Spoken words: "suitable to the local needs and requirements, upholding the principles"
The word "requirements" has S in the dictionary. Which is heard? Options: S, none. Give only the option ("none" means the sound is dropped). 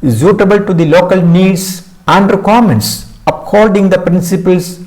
S